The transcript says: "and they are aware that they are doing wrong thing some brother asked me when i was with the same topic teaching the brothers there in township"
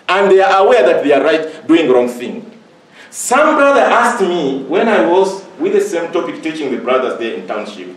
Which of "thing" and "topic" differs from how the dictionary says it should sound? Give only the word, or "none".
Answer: none